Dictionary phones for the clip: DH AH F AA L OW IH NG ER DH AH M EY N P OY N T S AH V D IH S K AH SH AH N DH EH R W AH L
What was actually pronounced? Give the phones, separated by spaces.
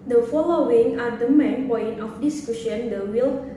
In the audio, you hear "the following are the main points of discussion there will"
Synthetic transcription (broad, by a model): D AH F AA L OW IH NG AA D AH M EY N P OY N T AH F D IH S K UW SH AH N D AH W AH L